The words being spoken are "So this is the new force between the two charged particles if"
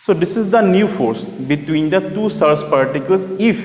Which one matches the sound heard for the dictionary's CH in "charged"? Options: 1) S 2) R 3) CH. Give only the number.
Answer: 1